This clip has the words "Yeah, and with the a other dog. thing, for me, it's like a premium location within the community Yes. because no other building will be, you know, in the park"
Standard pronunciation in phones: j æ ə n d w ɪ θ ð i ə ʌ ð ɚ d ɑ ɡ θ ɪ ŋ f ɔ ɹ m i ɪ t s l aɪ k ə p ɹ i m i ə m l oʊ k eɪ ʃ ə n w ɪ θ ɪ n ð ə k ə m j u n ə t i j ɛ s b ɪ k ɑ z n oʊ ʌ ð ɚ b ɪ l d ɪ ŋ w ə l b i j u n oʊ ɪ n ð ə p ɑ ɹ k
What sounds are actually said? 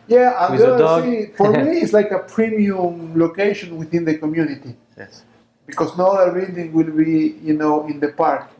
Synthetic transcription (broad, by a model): j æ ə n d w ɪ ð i f ɔ ɹ m i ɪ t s l aɪ k ə p ɹ i m i ə m l oʊ k eɪ ʃ ə n w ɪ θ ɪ n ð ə k ə m j u n ə t i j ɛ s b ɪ k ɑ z n oʊ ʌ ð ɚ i d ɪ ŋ w ə l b i j u n oʊ ɪ n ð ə p ɑ ɹ k